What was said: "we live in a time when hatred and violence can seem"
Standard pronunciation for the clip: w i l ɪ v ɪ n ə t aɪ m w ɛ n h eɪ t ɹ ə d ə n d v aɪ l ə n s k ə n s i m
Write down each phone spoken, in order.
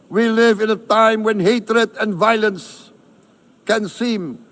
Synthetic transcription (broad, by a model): w i l ɪ v ɪ n ə t aɪ m w ɛ n h eɪ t ɹ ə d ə n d v aɪ l ə n s k ə n s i m